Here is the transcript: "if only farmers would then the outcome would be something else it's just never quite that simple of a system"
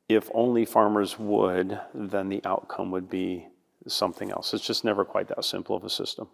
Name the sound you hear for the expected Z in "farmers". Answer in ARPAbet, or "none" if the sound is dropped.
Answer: Z